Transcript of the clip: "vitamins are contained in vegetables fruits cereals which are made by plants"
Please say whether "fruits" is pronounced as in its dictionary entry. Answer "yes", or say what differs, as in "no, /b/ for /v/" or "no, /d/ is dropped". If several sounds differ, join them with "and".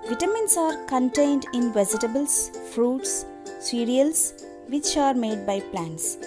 yes